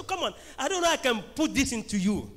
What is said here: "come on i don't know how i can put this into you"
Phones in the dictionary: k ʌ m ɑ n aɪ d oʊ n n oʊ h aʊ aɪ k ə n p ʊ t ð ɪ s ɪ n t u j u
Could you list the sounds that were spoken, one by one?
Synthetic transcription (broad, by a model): k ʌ m ɑ n aɪ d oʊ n n oʊ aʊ aɪ k ə n p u t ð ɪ s ɪ n t u j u